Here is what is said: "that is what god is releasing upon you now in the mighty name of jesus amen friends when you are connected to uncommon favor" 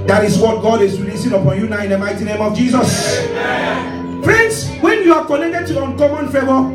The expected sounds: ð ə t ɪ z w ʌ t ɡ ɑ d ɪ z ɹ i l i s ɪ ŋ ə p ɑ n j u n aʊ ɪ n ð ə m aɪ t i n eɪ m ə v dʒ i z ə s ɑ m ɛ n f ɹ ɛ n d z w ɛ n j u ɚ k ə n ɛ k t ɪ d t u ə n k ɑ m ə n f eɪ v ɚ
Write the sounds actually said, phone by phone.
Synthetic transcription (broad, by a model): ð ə t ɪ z w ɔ t ɡ ɑ d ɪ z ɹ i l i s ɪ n ə p ɑ n j u n aʊ ɪ n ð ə m aɪ t i n eɪ m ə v dʒ i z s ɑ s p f ɹ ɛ n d s w ɛ n j u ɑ k ə n ɛ k t ɪ d t u ə n k ɑ m ə n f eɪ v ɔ